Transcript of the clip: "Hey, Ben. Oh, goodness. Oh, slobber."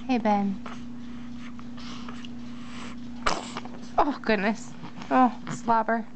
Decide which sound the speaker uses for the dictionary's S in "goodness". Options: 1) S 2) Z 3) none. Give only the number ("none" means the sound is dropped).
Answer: 1